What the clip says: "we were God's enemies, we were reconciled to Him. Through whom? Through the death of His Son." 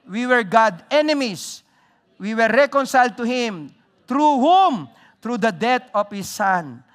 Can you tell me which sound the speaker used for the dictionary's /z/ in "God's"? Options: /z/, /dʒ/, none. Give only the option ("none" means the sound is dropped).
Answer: none